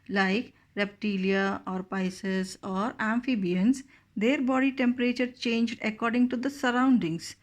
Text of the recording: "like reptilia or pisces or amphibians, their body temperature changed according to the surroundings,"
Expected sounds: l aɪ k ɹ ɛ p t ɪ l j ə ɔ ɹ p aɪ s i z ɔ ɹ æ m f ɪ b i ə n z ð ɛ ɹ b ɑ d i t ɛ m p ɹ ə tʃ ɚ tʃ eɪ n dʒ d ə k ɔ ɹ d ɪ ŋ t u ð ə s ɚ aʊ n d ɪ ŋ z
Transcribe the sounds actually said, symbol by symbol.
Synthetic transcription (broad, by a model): l aɪ k ɹ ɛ p t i l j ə ɔ ɹ p aɪ s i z ɔ ɹ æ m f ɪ b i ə n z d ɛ ɹ b ɑ d i t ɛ m p ɹ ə tʃ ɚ tʃ eɪ n dʒ d ə k ɔ ɹ d ɪ ŋ t u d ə s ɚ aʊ n d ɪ ŋ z